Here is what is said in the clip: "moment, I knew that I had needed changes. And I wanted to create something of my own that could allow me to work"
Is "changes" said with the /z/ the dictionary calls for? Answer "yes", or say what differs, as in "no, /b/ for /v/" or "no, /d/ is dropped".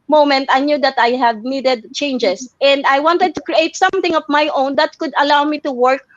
no, /s/ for /z/